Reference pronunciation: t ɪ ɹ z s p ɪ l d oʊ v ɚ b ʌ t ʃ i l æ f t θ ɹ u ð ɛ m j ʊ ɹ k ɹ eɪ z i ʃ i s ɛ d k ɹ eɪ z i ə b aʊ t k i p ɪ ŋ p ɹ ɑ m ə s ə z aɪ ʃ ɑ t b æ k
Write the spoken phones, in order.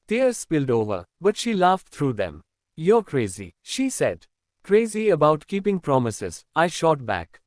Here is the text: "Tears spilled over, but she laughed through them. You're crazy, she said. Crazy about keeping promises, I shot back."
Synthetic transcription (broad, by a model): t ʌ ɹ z s p ɪ l d oʊ v ɚ b ʌ t ʃ i l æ f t t ɹ u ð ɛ m j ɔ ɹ k ɹ eɪ z i ʃ i s ɛ d k ɹ eɪ z i ə b aʊ t k i p ɪ ŋ p ɹ ɑ m ə s ə z aɪ ʃ ɑ t b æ k